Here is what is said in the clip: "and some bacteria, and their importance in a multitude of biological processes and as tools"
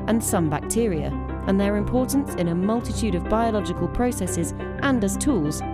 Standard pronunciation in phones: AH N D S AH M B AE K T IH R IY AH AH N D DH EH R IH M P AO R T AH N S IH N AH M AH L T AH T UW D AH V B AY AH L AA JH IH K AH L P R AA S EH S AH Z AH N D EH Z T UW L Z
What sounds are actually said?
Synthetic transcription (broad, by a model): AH N S AH M B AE K T IH R IY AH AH N DH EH R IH M P AO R T N S IH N AH M AH L T AH T UW D AH V B AY AH L AA JH IH K AH L P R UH S EH S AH Z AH N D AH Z T UW L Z